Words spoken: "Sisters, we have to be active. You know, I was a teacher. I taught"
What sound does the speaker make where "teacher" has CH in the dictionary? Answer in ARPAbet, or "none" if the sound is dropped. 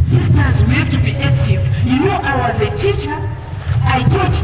CH